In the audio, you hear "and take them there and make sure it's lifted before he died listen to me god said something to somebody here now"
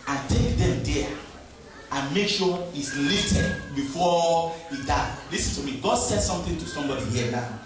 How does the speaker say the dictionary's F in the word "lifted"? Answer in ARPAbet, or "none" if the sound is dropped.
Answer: none